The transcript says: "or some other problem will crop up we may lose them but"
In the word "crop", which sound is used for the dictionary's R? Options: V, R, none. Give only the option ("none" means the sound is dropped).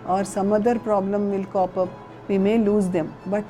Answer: none